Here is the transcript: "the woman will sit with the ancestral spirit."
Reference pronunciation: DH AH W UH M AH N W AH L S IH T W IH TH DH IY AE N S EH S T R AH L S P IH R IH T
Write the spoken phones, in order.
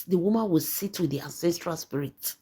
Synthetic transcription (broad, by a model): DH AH W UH M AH N W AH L S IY T W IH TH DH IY AE N S EH S T R AH L S P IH R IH T